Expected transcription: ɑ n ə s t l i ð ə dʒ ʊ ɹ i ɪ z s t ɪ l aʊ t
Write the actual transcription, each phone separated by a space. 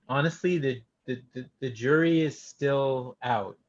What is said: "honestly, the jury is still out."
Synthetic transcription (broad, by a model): ɑ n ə s t l i ð ə dʒ ʊ ɹ i ɪ z s t ɪ l aʊ t